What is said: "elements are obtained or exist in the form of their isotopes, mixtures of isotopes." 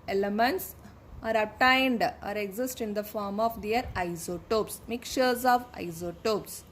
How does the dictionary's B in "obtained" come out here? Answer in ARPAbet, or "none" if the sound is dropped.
none